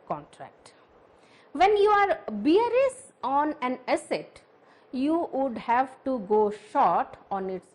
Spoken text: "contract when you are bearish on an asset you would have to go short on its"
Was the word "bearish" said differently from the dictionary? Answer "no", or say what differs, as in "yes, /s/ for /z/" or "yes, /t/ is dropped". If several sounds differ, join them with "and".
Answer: yes, /s/ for /ʃ/